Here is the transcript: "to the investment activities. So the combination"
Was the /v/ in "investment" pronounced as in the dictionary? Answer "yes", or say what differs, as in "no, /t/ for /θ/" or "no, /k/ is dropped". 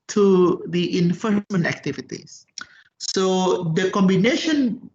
no, /f/ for /v/